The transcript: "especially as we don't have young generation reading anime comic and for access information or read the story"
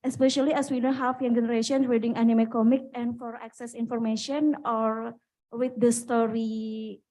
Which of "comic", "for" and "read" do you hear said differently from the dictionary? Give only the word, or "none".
read